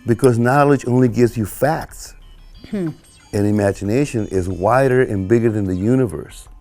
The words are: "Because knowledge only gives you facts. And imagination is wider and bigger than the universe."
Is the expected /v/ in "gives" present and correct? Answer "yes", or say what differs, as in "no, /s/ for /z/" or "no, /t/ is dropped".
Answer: yes